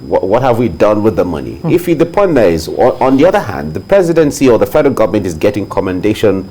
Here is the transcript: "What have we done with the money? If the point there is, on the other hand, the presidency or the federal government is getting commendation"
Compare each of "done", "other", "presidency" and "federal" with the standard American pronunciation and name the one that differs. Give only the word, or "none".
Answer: none